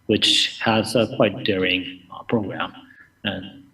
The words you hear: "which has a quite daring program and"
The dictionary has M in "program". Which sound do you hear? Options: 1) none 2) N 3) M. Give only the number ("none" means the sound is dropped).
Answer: 3